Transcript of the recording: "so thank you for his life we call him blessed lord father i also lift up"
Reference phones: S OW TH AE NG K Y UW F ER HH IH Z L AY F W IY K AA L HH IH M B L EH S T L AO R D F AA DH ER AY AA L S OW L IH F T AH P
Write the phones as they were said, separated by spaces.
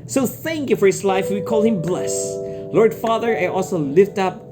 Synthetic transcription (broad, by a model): S OW TH AE NG K Y UW F ER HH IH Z L AY F W IY K AA L HH IH M B L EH S L AO R D F AA DH ER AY AA L S OW L IH F T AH P